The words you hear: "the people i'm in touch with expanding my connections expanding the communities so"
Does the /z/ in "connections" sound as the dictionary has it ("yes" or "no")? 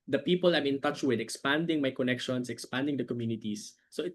no